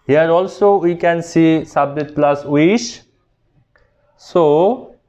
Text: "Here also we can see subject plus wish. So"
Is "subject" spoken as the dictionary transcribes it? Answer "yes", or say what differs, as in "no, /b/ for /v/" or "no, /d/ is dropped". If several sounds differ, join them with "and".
no, /k/ is dropped